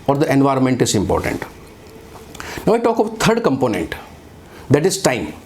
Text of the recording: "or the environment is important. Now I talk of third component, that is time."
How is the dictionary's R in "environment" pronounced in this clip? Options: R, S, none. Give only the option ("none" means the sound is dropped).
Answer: R